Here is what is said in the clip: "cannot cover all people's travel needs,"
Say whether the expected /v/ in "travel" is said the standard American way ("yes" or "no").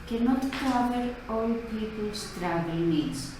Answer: no